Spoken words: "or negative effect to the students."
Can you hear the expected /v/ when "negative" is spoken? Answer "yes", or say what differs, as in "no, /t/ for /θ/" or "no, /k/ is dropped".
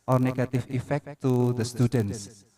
no, /f/ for /v/